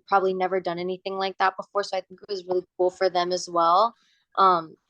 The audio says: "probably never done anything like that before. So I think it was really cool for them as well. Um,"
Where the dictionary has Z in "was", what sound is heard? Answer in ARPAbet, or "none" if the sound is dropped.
Z